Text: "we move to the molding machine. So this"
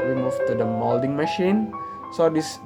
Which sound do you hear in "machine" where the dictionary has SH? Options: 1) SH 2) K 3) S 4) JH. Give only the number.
1